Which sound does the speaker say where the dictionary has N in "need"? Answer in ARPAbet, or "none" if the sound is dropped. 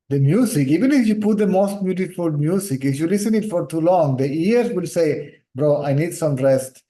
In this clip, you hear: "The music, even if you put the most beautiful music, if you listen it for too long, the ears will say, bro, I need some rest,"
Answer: N